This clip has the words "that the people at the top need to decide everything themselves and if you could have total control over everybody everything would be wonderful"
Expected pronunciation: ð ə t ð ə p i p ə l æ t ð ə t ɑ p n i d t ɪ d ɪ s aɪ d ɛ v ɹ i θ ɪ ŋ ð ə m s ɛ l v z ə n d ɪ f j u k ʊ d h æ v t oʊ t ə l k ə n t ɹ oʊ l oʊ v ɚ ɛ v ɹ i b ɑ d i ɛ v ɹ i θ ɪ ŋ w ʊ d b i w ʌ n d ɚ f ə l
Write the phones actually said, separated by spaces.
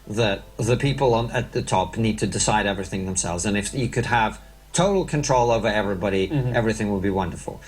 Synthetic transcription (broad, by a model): ð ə t ð ə p i p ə n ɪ t ð ə t ɑ p n i d t ɪ d ɪ s aɪ d ɛ v ɹ i θ ɪ ŋ ð ə m s ɛ l v z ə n ɪ f j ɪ k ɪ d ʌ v t oʊ t l k ə n t ɹ oʊ l oʊ v ɚ ɛ v ɹ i b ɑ d i ɛ v ɹ i θ ɪ ŋ w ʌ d b i w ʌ n d ɚ f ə l